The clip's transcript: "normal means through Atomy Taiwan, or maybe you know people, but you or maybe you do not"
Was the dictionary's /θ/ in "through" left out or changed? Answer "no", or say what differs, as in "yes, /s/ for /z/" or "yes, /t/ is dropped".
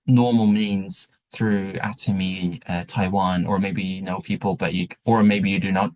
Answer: no